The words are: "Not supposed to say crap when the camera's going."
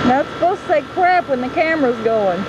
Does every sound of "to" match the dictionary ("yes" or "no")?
yes